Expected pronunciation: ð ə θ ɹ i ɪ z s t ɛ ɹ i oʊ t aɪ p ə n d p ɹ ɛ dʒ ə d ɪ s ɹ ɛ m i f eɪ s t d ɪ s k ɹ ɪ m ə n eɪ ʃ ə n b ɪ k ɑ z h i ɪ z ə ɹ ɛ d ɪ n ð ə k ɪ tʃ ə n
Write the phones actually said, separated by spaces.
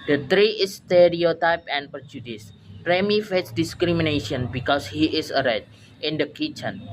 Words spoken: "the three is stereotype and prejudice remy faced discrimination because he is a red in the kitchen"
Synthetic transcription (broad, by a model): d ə t ɹ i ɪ s t ɛ ɹ i oʊ t aɪ p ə n p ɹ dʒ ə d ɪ s ɹ ɛ m i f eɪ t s d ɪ s k ɹ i m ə n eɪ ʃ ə n b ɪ k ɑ s h i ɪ s ə ɹ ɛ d ɪ n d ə k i tʃ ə n